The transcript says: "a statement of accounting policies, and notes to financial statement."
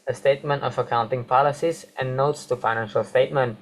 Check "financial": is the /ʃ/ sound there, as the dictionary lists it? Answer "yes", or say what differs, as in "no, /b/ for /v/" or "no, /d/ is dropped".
yes